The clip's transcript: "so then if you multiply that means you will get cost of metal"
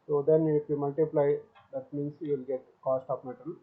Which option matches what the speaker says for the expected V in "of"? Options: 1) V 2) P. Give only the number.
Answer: 2